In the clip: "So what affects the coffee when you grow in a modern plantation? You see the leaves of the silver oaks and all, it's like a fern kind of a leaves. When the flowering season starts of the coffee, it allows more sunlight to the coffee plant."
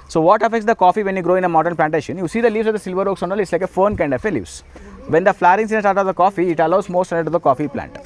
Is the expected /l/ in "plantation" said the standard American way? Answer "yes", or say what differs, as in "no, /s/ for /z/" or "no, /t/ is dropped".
yes